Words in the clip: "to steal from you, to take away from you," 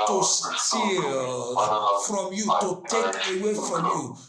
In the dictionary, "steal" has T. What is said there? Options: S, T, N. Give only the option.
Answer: S